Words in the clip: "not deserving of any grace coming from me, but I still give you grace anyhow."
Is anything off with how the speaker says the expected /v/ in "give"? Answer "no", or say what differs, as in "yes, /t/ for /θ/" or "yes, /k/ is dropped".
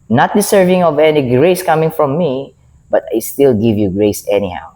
no